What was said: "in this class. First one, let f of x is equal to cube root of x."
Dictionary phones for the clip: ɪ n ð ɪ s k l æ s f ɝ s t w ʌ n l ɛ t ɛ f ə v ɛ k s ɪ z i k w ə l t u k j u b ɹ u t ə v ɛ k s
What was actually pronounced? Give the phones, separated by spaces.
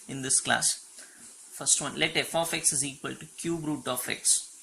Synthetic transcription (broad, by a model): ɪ n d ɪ s k l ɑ s f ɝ s t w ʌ n l ɛ t ɛ f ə f ɛ k s ɪ z i k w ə l t u k j u b ɹ u t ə f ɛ k s